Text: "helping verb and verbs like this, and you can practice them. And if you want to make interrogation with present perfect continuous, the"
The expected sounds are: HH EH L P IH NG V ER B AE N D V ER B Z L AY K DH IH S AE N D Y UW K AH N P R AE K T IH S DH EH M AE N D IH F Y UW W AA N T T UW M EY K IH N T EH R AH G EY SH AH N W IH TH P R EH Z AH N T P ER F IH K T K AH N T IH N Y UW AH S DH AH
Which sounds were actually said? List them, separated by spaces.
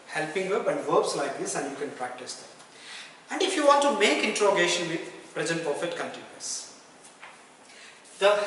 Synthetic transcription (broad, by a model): HH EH L P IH NG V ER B AE N D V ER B S L AY K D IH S AE N D Y UW K AH N P R AE K T IH S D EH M AE N D IH F Y UW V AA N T T UW M EY K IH N T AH R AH G EY SH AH N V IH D P R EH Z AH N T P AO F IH T K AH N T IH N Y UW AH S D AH